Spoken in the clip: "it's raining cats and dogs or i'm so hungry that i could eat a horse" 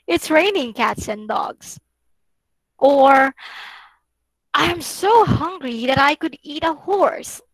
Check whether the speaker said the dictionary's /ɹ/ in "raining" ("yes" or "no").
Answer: yes